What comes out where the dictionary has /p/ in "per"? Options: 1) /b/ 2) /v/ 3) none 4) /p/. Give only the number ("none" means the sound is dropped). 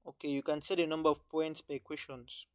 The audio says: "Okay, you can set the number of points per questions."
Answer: 1